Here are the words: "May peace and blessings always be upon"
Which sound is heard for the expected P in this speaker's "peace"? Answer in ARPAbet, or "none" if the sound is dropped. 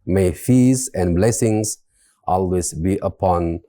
F